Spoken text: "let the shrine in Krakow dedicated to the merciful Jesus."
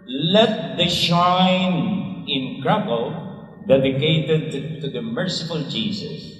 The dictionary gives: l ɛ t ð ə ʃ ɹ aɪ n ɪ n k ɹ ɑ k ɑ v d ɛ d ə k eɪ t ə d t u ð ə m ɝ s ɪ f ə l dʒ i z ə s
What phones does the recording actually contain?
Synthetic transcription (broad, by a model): l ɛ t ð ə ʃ aɪ n ɪ n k ɹ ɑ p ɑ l d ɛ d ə k eɪ t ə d t u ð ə m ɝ s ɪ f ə l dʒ i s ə s